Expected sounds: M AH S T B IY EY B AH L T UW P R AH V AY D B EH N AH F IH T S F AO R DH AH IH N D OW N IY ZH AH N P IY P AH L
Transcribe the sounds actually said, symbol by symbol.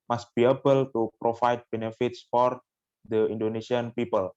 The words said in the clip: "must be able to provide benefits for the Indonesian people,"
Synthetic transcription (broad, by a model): M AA S T B IY EY B AH L T UW P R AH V AY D B EH N AH F IH T S F AO R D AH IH N D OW N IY S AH N P IY P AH L